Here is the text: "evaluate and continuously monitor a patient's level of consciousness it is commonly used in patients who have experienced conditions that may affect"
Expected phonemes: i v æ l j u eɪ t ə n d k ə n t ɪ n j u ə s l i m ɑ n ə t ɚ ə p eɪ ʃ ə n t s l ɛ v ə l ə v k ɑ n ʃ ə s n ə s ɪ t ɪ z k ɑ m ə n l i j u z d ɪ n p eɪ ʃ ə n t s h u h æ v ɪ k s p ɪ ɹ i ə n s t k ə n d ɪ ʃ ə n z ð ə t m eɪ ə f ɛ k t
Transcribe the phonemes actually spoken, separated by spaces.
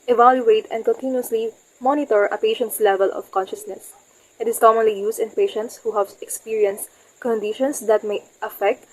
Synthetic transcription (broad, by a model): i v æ l j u eɪ t ə n d k ə n t ɪ n j u ə s l i m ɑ n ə t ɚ ə p eɪ ʃ ə n t s l ɛ v ə l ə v k ɑ n ʃ ə s n ə s ɪ t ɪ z k ɑ m ə n l i j u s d ɪ n p eɪ ʃ ə n t s h u h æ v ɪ k s p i ɹ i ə n s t k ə n d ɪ ʃ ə n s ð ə t m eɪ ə f ɛ k t